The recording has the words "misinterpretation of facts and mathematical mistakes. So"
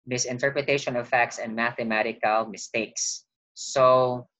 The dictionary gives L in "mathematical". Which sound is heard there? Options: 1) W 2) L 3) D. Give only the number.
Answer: 2